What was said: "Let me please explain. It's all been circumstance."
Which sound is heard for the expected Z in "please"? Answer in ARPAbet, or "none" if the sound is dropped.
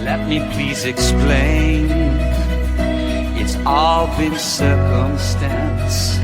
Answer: Z